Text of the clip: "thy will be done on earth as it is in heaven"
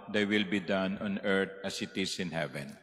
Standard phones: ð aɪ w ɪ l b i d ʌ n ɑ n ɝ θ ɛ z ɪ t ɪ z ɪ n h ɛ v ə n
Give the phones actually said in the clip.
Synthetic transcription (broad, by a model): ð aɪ w ɪ l b i d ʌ n ɑ n ɝ t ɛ s ɪ t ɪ s ɪ n h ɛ v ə n